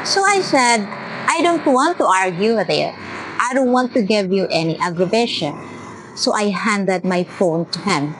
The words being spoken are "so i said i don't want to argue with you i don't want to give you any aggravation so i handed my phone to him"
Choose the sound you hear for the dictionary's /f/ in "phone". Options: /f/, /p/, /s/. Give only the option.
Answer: /f/